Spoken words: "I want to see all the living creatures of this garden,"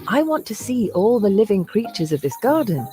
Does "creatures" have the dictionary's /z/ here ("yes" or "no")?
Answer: yes